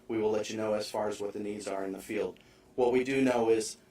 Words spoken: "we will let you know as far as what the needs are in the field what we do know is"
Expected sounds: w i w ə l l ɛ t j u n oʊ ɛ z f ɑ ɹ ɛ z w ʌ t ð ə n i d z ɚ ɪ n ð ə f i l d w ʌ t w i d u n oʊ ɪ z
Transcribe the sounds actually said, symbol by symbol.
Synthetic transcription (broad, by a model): w i w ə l l ɛ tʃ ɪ n oʊ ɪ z f ɑ ɹ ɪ z w ʌ t ð ə n i d z ɚ ɪ n ð ə f i l d w ʌ t w i d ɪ n oʊ ɪ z